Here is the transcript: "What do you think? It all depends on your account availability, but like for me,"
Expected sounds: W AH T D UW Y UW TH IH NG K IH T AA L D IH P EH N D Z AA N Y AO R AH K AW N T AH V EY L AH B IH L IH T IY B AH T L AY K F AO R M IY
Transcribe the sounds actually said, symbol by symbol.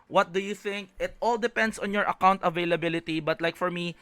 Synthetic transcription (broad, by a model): W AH T D UW Y UW TH IH NG K IH T AA L D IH P EH N D S AA N Y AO R AH K AW N T AH V EY L AH B IH L IH T IY B AH T L AY K F AO R M IY